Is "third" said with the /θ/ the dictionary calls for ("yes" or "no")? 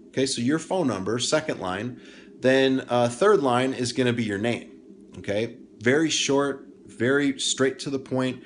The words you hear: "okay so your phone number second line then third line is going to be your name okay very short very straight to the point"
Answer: yes